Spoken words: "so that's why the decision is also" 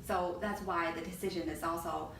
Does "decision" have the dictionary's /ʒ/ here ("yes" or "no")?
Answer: yes